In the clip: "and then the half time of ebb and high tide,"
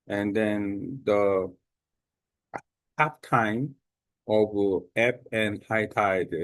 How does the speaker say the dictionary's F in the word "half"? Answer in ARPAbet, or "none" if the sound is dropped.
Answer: P